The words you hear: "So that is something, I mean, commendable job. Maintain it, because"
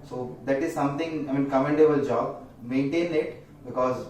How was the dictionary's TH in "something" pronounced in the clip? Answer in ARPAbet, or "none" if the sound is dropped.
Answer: T